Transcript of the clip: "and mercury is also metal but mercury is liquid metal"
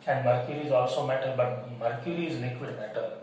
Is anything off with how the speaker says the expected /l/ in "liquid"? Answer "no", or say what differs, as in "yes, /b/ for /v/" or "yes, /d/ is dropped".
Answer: yes, /n/ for /l/